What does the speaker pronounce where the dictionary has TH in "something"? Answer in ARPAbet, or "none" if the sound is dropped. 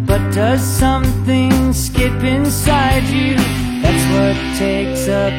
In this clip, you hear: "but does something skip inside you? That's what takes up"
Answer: TH